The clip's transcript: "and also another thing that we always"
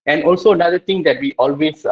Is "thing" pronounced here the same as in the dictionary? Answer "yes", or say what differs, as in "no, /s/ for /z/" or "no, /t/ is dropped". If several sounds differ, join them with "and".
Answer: no, /t/ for /θ/